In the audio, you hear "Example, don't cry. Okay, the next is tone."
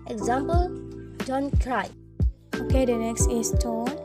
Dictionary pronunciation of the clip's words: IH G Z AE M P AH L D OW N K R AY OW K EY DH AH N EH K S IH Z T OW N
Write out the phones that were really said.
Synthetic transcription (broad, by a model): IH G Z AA M P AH L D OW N K R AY OW K EY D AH N EH K S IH S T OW